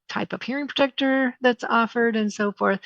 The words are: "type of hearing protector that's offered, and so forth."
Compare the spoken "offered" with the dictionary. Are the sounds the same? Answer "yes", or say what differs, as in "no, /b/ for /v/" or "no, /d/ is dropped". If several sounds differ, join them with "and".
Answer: yes